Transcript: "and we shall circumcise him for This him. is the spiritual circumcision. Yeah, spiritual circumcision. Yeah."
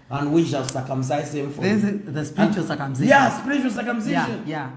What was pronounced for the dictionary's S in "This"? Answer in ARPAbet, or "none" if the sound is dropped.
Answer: none